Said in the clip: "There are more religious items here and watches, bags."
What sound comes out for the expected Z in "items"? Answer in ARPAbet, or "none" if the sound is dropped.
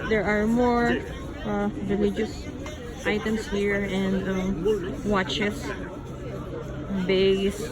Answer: S